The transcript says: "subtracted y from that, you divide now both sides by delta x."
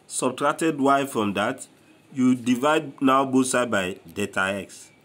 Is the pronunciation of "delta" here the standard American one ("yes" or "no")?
no